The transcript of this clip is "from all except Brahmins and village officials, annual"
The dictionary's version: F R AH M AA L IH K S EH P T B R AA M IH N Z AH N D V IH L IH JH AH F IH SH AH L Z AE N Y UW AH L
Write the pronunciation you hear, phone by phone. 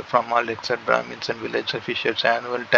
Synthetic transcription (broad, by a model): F R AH M AA L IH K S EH T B R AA M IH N S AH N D V IH L IH JH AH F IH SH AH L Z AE N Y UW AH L